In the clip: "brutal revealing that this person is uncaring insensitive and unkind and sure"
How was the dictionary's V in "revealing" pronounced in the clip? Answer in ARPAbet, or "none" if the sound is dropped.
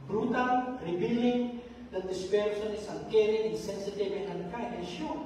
B